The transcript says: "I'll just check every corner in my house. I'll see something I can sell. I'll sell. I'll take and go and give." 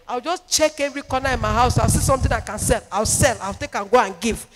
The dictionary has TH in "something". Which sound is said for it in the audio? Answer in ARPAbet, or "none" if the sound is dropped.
T